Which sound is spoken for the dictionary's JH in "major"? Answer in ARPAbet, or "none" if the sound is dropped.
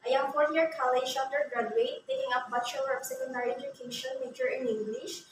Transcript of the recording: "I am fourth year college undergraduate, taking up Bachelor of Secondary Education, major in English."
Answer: CH